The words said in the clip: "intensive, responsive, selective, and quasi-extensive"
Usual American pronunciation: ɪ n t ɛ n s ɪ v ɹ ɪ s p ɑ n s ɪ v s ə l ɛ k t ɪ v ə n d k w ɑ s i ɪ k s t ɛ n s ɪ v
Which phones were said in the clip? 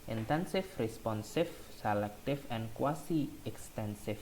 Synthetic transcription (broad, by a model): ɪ n t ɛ n s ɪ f ɹ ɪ s p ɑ n s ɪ f s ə l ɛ k t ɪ f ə n k w ɑ s i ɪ k s t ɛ n s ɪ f